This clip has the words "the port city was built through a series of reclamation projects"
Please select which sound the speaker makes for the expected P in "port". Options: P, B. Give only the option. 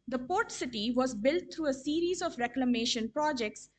P